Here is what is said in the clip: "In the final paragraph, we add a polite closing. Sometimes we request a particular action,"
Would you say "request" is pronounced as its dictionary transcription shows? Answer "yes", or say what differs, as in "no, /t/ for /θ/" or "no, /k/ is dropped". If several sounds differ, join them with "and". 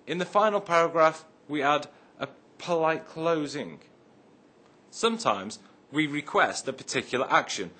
yes